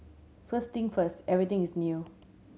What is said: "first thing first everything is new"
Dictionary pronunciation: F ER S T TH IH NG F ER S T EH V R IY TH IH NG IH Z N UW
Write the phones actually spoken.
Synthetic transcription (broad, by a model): F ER S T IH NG F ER S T EH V R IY T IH NG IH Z N UW